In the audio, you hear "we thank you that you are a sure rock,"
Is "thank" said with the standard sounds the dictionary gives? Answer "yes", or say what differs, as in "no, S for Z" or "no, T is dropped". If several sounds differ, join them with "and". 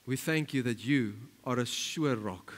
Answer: yes